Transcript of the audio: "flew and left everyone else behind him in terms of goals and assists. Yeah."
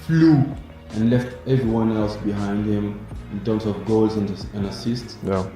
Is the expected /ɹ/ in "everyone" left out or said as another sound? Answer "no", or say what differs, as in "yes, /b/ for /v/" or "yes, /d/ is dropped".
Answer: no